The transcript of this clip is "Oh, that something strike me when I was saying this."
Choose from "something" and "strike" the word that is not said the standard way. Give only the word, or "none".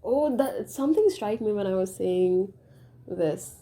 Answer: something